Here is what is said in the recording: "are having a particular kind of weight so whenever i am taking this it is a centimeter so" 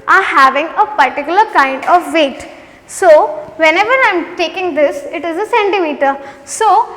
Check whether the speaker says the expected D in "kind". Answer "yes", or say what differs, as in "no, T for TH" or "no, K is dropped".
yes